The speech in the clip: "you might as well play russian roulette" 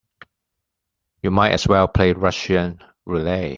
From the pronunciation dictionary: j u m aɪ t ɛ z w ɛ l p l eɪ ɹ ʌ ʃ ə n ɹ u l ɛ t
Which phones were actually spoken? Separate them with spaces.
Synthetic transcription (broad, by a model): j u m aɪ t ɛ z w ɛ l p l eɪ ɹ ʌ ʃ ə n ɹ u l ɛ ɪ